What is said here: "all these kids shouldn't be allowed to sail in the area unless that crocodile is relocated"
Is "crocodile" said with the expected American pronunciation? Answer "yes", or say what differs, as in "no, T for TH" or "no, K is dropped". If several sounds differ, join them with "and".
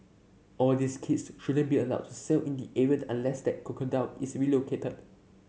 no, R is dropped and N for L